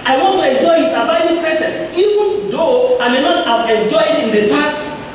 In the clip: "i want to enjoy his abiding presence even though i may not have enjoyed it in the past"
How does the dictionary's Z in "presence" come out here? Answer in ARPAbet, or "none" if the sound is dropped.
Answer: S